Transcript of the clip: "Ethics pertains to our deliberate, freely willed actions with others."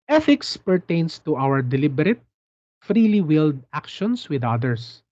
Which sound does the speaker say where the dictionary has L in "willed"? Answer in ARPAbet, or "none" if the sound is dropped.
L